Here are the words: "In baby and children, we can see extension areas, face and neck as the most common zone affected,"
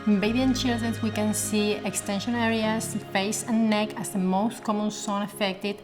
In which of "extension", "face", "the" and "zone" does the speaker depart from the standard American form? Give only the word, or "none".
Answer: zone